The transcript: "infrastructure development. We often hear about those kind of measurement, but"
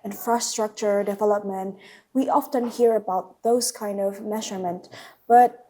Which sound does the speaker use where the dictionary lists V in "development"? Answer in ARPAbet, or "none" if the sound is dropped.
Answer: V